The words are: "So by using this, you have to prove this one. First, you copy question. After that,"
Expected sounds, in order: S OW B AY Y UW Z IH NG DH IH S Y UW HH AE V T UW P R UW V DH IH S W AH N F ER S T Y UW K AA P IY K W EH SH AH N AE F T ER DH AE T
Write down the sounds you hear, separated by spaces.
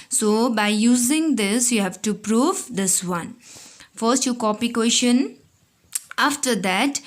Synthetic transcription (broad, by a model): S OW B AY Y UW Z IH NG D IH S Y UW HH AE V T UW P R UW V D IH S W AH N F ER S T Y UW K AA P IY K W EH SH AH N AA F T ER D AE T